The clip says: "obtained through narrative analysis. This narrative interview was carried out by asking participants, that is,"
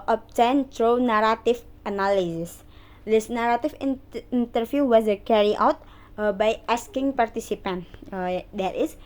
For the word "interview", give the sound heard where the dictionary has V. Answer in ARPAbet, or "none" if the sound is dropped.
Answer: F